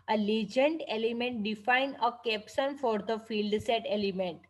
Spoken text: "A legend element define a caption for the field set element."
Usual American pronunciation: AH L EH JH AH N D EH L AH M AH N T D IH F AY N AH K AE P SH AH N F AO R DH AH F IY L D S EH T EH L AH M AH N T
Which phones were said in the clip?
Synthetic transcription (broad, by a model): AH L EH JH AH N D EH L AH M AH N T D IH F AY N AH K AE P S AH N F AO R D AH F IY L D S EH T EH L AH M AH N T